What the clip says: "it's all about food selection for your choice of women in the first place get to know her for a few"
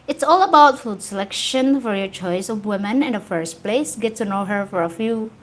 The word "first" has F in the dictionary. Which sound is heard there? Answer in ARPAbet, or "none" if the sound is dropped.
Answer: F